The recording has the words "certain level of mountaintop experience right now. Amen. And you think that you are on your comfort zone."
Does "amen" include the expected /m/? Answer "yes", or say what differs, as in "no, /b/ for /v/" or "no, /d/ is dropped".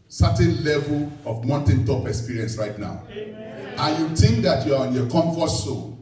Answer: no, /m/ is dropped